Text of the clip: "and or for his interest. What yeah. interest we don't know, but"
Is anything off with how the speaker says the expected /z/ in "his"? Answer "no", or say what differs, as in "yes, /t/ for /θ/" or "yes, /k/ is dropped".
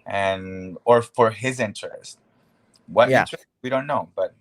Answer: no